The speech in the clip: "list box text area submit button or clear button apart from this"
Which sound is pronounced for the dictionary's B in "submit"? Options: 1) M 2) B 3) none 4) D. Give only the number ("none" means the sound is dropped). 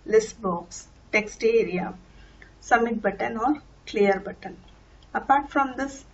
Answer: 3